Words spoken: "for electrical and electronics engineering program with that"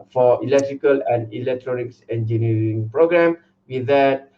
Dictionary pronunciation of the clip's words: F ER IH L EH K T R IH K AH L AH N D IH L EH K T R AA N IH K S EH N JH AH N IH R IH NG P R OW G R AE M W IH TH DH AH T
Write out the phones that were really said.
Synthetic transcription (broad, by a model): F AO IH L EH K T R IH K AH L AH N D IH L EH K T R AA N IH K S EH N JH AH N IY R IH NG P R OW G R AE M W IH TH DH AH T